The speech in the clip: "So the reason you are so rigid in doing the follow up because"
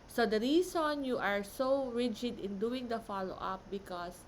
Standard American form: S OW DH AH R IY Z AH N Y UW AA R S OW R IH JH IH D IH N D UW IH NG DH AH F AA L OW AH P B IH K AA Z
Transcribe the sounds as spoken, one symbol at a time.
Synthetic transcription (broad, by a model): S OW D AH R IY S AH N Y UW AA R S OW R IH JH IH D IH N D UW IH NG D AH F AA L OW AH P B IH K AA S